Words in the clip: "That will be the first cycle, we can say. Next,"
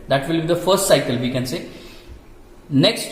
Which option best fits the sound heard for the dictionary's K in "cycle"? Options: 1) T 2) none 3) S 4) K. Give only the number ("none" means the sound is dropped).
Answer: 4